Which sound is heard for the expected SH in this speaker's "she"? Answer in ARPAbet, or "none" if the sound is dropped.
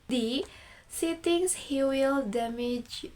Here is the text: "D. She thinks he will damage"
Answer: S